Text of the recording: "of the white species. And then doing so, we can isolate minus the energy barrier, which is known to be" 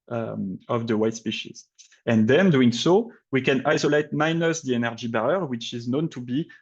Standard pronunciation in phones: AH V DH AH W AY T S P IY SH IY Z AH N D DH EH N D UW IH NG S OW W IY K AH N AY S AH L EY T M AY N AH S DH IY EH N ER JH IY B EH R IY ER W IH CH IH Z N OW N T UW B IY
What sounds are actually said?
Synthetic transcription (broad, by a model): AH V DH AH W AY T S P IY SH IY Z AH N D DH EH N D UW IH NG S OW W IY K AH N AY S AH L EY T M AY N AH S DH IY EH N ER JH IY B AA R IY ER W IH CH IH Z N OW N T UW B IY